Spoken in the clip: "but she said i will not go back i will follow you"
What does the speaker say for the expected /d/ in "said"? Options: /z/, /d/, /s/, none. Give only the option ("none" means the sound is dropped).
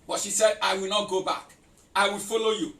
/d/